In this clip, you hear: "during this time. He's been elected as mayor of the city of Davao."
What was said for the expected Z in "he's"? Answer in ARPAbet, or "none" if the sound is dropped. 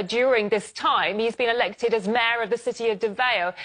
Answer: Z